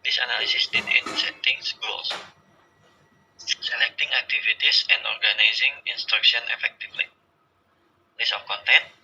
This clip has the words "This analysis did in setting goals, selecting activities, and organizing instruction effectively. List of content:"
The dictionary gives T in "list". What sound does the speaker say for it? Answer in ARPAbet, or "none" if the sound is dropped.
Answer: none